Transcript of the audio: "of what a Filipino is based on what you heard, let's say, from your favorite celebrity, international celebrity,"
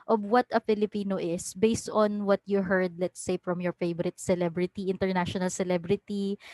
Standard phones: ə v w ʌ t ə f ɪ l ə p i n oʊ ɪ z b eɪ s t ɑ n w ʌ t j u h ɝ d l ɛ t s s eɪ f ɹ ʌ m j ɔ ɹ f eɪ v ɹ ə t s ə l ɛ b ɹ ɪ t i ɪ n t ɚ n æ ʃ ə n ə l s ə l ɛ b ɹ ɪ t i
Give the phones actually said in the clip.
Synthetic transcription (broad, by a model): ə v w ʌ t ə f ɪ l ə p i n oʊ ɪ s b eɪ s t ɑ n w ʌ t j u h ɝ d l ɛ t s s eɪ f ɹ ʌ m j ɔ ɹ f eɪ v ɹ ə t s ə l ɛ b ɹ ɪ t i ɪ n t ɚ n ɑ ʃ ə n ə l s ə l ɛ b ɹ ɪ t i